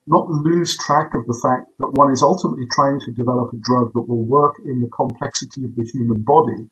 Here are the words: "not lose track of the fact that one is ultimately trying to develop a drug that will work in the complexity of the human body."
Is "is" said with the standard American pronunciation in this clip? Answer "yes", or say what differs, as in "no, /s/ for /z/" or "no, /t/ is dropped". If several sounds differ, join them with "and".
yes